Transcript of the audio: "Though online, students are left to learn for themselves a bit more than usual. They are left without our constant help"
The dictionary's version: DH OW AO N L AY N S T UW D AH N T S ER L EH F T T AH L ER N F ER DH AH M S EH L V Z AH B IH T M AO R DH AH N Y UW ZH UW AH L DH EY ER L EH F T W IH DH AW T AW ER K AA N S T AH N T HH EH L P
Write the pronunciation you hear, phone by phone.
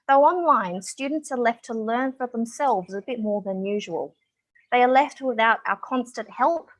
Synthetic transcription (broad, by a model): DH OW AO N L AY N S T UW D N T S ER L EH F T T AH L ER N F ER DH AH M S EH L V Z AH B IH T M AO R DH AH N Y UW ZH UW AH L DH EY ER L EH F T W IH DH AW T AW ER K AA N S T AH N T HH EH L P